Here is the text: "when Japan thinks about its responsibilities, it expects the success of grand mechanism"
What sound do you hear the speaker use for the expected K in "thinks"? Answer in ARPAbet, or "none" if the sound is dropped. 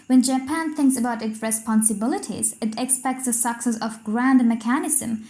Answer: K